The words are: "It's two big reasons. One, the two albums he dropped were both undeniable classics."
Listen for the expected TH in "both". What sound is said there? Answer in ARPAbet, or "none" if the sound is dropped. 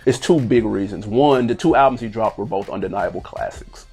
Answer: TH